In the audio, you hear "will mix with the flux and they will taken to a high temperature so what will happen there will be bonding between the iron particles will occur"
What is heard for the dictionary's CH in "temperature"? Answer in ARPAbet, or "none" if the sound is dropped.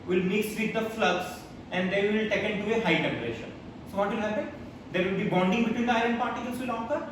SH